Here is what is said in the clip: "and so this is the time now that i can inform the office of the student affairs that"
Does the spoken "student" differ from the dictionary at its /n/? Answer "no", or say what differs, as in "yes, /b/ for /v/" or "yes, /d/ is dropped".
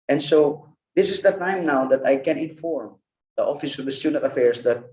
yes, /n/ is dropped